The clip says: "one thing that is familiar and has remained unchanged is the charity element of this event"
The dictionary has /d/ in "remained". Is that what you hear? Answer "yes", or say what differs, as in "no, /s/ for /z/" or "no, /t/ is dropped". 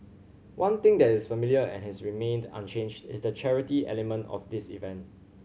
yes